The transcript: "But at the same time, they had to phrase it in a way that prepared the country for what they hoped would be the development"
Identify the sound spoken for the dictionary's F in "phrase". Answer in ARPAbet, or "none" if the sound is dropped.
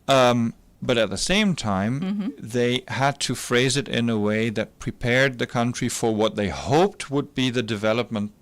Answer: F